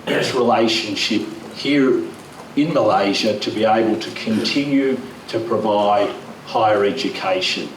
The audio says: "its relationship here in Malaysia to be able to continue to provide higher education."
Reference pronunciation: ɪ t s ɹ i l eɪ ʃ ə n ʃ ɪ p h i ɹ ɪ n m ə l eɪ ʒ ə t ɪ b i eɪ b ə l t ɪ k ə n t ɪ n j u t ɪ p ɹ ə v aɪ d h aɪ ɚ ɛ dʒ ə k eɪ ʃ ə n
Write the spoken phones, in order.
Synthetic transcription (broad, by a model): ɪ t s ɹ i l eɪ ʃ ə n ʃ ɪ p h i ɹ ɪ n m ə l eɪ ʒ ə t ɪ b i eɪ b ə l t ɪ k ə n t ɪ n j u t ɪ p ɹ ə v aɪ d h aɪ ɚ ɛ dʒ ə k eɪ ʃ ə n